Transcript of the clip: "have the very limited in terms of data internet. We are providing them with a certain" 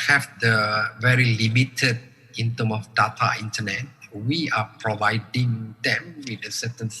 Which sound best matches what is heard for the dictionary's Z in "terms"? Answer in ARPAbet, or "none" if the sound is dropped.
none